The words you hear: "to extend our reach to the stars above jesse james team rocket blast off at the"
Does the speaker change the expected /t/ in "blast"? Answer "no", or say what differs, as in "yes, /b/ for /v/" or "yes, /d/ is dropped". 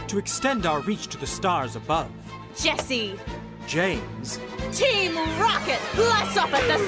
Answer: yes, /t/ is dropped